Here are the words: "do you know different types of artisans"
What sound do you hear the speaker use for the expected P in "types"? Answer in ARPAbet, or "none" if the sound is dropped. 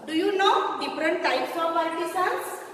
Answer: P